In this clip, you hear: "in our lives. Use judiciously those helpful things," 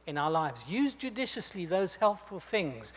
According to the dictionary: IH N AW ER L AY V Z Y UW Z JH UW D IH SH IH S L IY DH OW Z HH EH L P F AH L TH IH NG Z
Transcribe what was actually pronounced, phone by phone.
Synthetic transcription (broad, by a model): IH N AW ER L AY V Z Y UW Z JH UW D IH SH IH S L IY DH OW Z HH EH L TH F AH L TH IH NG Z